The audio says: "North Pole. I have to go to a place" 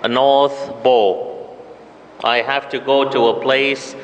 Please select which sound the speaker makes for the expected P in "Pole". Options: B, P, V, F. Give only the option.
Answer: B